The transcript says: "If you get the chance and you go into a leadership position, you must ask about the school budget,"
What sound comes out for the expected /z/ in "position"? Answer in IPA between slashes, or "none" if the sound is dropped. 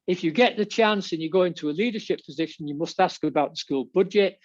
/z/